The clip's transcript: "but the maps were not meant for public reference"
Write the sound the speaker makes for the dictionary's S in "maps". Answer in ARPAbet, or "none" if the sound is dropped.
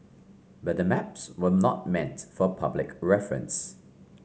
S